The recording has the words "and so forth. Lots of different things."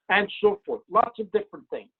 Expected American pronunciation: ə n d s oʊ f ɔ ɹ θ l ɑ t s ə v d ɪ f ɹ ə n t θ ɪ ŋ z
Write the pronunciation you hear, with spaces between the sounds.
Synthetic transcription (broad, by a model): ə n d s oʊ f ɔ ɹ θ l ɑ t s ə v d ɪ f ɹ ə n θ ɪ ŋ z